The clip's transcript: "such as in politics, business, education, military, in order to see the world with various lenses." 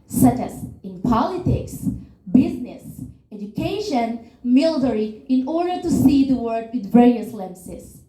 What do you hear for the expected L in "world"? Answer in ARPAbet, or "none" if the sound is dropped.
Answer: none